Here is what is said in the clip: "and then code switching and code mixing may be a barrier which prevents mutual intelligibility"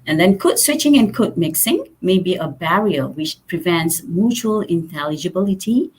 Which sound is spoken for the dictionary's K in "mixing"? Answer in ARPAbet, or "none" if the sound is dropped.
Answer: K